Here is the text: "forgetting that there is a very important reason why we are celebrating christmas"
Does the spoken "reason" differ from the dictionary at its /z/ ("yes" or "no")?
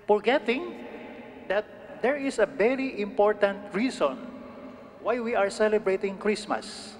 yes